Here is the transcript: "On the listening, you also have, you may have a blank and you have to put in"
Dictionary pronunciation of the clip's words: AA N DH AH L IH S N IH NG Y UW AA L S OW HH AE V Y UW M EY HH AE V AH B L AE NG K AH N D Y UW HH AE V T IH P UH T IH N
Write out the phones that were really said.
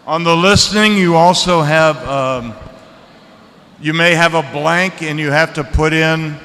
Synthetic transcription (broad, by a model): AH N DH AH L IH S N IH NG Y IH AA L S OW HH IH V Y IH M EY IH V AH B L AE NG K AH N Y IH HH AE F T IH P UH T IH N